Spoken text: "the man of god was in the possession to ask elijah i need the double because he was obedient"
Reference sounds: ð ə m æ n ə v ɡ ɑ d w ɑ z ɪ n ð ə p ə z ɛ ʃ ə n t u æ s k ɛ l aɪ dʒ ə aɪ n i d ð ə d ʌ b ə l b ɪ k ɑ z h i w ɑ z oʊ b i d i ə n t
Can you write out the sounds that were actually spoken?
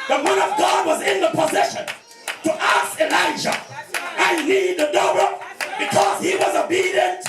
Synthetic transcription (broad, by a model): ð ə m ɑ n ə v ɡ ɑ d w ɑ z ɪ n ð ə p ə z ɛ ʃ ə n t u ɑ s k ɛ l aɪ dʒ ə aɪ n i d ð ə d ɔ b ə b ɪ k ɑ z h i w ɑ z oʊ b i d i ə n t